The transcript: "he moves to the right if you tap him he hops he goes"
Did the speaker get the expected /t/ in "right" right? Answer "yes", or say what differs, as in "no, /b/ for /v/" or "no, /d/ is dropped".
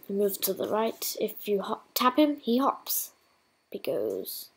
yes